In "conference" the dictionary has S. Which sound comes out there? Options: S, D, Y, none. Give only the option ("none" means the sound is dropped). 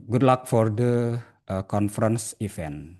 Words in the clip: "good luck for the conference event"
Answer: S